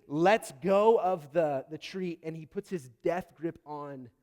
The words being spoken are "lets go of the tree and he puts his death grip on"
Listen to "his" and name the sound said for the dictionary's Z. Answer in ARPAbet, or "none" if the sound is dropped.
Z